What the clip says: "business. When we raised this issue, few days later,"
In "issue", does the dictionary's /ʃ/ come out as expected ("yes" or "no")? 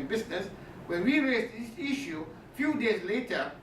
yes